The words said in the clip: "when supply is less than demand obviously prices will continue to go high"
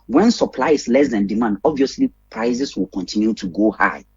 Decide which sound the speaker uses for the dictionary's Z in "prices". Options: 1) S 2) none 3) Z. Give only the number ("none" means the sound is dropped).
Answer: 1